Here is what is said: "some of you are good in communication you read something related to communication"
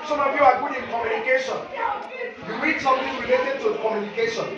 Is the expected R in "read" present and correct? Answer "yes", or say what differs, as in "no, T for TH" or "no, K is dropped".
no, W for R